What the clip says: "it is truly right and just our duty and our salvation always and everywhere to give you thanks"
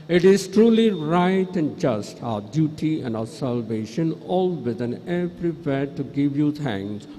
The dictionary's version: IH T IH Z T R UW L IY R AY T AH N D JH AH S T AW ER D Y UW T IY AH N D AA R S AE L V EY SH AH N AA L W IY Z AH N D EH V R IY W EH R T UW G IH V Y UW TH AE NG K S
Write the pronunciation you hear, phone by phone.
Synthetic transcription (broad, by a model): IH T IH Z T R UW L IY R AY T AH N D JH AH S T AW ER D Y UW T IY AH N D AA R S AE L V EY SH AH N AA L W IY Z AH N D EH P R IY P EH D T UW G IH V Y UW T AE NG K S